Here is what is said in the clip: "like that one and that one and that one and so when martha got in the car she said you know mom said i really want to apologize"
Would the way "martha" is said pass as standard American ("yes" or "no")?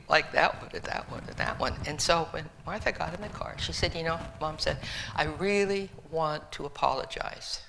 yes